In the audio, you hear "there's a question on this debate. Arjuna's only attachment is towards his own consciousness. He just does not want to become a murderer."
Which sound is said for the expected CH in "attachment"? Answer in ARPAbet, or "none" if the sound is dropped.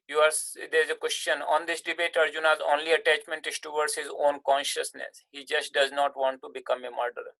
CH